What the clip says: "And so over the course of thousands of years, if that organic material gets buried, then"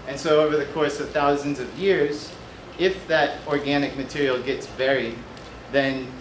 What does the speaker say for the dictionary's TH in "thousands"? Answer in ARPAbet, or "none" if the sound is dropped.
TH